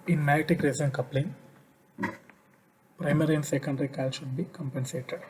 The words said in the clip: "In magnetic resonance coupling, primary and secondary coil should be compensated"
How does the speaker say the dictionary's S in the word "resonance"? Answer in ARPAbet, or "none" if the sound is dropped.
none